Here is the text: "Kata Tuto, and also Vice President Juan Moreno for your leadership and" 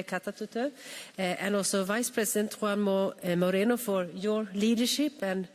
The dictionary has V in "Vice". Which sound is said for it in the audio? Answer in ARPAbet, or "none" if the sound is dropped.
V